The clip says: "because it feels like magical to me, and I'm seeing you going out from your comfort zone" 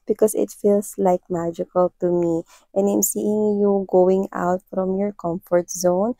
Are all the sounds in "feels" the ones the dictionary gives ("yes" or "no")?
no